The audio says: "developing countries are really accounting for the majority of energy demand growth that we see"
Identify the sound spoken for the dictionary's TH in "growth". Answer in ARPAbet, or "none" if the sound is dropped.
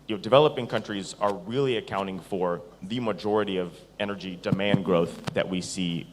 TH